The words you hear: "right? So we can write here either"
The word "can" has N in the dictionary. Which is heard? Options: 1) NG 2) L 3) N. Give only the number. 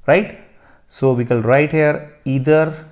2